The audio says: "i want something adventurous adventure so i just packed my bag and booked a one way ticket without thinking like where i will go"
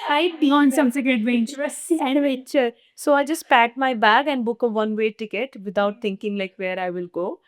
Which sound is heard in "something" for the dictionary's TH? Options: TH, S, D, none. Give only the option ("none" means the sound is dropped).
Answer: S